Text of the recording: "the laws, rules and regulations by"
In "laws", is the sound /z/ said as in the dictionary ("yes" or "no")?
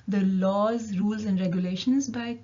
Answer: yes